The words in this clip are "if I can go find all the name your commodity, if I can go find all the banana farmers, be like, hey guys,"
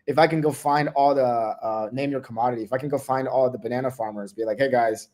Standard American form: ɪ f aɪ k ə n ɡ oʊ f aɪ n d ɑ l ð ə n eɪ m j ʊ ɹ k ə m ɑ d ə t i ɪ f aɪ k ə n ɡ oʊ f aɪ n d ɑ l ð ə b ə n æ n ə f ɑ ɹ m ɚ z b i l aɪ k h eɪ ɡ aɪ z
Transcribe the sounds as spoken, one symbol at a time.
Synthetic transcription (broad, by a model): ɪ f aɪ k ə n ɡ oʊ f aɪ n d ɑ l ð ə n eɪ m j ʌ ɹ k ə m ɑ d ə t i ɪ f aɪ k n ɡ oʊ f aɪ n d ɑ l ð ə b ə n æ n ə f ɑ ɹ m ɚ z b i l aɪ k h eɪ ɡ aɪ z